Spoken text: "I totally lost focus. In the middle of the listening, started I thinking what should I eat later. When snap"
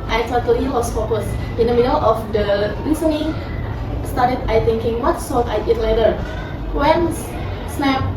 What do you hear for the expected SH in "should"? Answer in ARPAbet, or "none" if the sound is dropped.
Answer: S